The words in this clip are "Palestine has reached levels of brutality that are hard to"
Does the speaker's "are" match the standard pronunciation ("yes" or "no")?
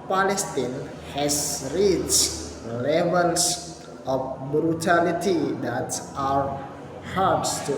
no